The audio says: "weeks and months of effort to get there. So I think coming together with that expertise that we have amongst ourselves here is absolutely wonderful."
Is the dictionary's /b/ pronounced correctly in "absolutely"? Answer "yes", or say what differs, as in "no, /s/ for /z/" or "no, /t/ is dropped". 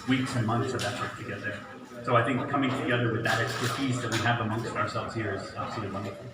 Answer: no, /b/ is dropped